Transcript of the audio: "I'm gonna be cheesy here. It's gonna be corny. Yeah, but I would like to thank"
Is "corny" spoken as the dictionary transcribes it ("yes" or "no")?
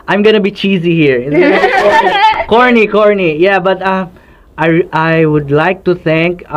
yes